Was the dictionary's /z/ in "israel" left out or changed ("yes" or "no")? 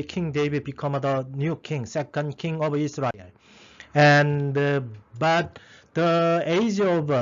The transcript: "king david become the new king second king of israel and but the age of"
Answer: yes